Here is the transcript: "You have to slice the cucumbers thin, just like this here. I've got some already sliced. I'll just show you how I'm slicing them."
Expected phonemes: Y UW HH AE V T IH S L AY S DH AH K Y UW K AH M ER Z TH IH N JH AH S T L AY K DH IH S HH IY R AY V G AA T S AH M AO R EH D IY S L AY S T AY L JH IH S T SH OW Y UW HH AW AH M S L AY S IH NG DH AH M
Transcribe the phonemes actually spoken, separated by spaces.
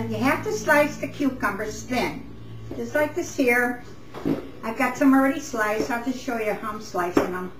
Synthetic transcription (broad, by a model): Y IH HH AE F T IH S L AY S DH AH K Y UW K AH M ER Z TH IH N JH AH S T L AY K DH IH S HH IY R AY V G AA T S AH M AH R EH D IY S L AY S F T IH SH OW Y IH HH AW AH M S L AY S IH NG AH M